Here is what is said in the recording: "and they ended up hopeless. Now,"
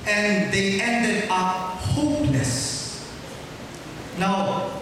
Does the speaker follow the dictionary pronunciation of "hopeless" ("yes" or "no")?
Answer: no